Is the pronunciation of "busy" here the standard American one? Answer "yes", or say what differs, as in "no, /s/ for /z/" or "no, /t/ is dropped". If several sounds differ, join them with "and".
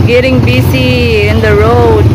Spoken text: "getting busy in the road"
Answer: no, /s/ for /z/